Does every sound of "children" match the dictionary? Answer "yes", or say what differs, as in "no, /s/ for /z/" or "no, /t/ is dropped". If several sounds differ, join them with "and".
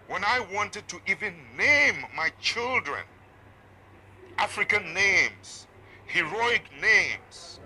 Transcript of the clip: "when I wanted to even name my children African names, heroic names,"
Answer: yes